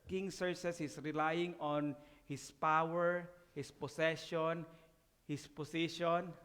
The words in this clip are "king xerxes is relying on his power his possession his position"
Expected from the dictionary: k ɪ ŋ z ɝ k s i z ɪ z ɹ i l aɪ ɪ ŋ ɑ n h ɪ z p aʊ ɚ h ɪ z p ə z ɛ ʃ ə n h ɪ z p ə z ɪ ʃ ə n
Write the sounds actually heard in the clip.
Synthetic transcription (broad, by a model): k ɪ ŋ s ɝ s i s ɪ s ɹ i l aɪ ɪ ŋ ɑ n h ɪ s p aʊ ɚ h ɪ s p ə s ɛ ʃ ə n h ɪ s p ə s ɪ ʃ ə n